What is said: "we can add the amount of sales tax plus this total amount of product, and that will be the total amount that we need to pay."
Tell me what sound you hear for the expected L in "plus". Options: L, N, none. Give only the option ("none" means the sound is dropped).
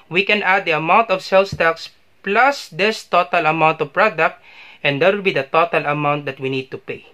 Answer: L